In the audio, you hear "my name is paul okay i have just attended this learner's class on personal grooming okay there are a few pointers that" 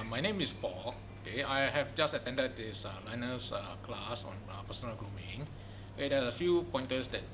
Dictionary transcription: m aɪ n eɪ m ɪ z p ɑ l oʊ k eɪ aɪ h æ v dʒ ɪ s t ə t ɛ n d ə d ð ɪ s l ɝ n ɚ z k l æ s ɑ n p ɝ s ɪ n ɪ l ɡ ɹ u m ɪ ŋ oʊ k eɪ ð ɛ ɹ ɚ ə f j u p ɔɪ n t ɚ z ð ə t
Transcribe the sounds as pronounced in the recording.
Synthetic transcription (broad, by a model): m aɪ n eɪ m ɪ s p ɑ l oʊ k eɪ aɪ h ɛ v dʒ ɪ s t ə t ɛ n d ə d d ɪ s l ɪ n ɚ s k l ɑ s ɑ n p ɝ s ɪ n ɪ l ɡ ɹ u m ɪ ŋ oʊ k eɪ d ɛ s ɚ ə f j u p ɔɪ n t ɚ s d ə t